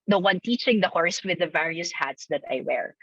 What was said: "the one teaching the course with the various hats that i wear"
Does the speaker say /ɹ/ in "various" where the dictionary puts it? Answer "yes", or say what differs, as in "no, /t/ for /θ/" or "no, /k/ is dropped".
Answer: yes